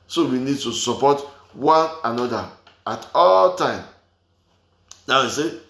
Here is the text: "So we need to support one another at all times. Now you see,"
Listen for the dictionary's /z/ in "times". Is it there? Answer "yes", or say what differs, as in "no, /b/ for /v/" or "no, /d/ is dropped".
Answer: no, /z/ is dropped